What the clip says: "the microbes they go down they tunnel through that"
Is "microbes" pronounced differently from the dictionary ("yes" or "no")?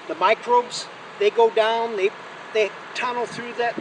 no